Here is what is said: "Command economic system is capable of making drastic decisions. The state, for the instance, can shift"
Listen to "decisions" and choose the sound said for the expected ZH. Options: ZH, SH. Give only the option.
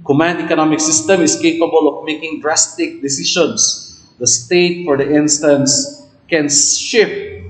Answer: SH